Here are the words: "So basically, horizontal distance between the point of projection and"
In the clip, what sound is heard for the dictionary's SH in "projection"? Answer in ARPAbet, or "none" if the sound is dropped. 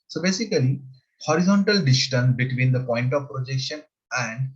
SH